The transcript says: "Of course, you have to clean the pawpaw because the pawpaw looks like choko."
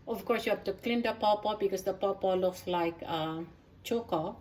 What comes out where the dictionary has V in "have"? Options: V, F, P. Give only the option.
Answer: F